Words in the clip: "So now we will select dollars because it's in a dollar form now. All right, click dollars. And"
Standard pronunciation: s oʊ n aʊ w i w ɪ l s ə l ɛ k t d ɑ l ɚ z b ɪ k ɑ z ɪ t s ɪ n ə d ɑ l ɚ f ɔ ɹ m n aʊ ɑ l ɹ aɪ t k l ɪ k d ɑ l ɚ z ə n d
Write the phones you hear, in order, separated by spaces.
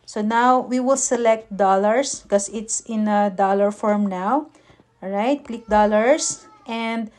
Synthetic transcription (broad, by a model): s oʊ n aʊ w i w ɪ l s ə l ɛ k t d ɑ l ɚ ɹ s k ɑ s ɪ t s ɪ n ə d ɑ l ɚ f ɔ ɹ m n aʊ ɑ w ɹ aɪ t k l ɪ k d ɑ l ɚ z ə n d